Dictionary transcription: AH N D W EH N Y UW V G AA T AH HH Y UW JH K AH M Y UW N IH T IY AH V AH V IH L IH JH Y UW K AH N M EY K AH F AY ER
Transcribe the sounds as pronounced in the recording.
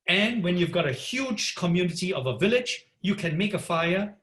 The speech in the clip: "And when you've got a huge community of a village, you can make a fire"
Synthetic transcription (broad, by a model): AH N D W EH N Y UW V G AA T AH HH Y UW JH K AH M Y UW N IH T IY AH V AH V IH L IH JH Y UW K AH N M EY K AH F AY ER